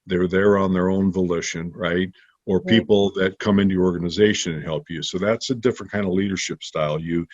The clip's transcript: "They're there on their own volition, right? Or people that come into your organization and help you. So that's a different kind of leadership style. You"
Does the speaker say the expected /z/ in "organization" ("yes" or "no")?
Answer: yes